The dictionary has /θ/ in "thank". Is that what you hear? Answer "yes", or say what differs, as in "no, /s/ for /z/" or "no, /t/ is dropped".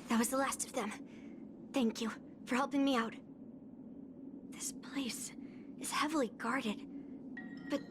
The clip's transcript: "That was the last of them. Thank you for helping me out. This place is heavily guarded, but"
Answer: yes